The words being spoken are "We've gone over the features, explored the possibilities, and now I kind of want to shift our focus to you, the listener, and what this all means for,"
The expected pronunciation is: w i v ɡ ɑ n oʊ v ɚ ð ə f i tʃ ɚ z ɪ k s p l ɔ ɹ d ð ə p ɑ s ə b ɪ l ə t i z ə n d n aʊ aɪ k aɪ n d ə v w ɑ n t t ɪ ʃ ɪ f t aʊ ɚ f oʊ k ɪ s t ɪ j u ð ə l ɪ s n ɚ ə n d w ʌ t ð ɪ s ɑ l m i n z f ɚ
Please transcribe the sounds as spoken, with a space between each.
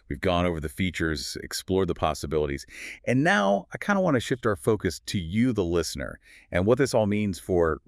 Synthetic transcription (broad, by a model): w i v ɡ ɑ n oʊ v ɚ ð ə f i tʃ ɚ z ɪ k s p l ɔ ɹ d ð ə p ɑ s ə b ɪ l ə t i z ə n n aʊ aɪ k aɪ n d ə w ɑ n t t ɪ ʃ ɪ f t aʊ ɚ f oʊ k ɪ s t ɪ j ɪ ð ə l ɪ s n ɚ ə n w ʌ t ð ɪ s ɑ l m i n z f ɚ